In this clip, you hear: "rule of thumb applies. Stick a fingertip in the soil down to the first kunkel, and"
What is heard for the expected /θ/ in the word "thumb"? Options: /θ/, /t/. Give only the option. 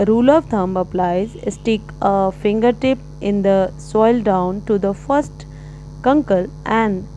/t/